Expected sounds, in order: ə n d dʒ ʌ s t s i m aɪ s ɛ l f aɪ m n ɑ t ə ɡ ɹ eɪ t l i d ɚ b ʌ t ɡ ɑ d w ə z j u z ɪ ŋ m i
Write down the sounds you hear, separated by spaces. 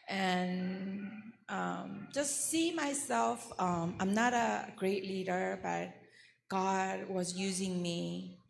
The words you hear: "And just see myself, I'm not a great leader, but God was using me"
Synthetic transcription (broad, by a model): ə n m dʒ ʌ s t s i m aɪ s ɛ l f aɪ m n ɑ t ə ɡ ɹ eɪ t l i d ɚ b ʌ t ɡ ɑ d w ə z j u z ɪ ŋ m i